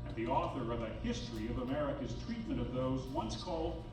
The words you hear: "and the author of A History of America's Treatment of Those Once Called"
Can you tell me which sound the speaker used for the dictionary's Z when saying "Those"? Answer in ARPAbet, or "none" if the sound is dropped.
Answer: Z